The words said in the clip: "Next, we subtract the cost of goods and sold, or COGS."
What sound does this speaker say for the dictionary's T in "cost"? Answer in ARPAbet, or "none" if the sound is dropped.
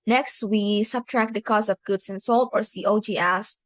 none